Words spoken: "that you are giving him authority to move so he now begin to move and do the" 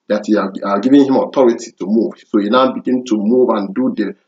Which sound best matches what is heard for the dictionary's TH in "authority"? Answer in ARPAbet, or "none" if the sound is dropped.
T